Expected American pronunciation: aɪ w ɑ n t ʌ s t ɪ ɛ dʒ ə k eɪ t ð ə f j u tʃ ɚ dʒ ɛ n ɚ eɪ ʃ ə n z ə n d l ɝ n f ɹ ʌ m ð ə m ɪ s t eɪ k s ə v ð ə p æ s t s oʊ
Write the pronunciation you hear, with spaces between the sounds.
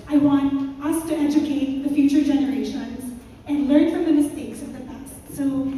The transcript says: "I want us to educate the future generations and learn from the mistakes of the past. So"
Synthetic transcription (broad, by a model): aɪ w ɑ n t ʌ s t ɪ ɛ dʒ ə k eɪ t ð ə f j u tʃ ɚ dʒ ɛ n ɚ eɪ ʃ ə n z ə n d l ɝ n f ɹ ʌ m ð ə m ɪ s t eɪ k s ə v ð ə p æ s t s oʊ